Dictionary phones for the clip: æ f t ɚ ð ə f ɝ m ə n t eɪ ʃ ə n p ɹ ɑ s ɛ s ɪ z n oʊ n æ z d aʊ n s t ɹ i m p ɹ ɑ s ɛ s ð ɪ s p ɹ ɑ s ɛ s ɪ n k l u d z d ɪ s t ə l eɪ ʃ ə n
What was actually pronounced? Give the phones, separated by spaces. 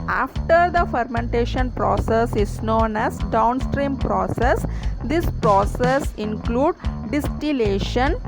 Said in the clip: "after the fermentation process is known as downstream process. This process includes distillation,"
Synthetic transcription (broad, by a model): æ f t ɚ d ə f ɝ m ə n t eɪ ʃ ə n p ɹ ɑ s ɛ s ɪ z n oʊ n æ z d aʊ n s t ɹ i m p ɹ ɑ s ɛ s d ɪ s p ɹ ɑ s ɛ s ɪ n k l u d d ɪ s t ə l eɪ ʃ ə n